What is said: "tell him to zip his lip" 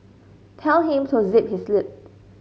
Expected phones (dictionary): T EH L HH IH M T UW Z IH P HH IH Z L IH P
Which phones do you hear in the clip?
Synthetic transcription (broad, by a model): T EH L HH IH M T UW Z IH P HH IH S L IH P